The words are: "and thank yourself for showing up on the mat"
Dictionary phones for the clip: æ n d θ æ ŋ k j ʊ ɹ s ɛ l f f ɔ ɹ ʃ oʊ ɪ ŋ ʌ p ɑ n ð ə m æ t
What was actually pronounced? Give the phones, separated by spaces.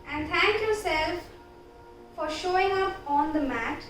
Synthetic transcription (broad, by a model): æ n d t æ ŋ k j ʊ ɹ s ɛ l f f ɔ ɹ ʃ oʊ ɪ ŋ ʌ p ɑ n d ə m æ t